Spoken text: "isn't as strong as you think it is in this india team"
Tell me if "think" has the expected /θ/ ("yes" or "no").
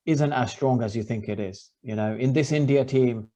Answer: yes